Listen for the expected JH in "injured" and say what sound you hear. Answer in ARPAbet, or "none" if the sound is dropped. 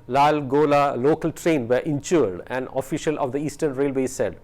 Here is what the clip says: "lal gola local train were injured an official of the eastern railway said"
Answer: CH